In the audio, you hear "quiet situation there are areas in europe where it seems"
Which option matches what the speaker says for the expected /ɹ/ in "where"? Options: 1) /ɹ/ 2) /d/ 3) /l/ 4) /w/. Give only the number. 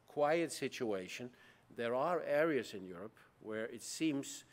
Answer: 1